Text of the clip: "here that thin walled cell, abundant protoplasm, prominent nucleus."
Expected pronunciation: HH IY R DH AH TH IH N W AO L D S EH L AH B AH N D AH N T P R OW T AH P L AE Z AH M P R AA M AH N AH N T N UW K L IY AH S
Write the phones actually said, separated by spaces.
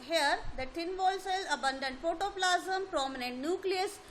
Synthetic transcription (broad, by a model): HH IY R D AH T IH N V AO L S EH L AH B AH N D AH N T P OW T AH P L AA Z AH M P R AA M AH N AH N T N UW K L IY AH S